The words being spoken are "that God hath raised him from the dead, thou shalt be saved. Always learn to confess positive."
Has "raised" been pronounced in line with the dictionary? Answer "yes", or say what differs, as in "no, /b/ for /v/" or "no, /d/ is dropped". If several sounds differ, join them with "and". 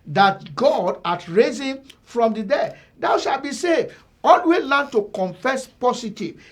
no, /d/ is dropped